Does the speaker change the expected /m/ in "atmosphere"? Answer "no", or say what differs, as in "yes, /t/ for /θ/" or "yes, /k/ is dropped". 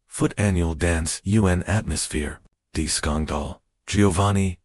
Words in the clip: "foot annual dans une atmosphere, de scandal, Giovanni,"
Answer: no